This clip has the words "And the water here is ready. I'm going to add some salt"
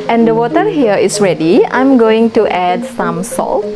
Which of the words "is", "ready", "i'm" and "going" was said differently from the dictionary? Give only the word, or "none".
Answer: is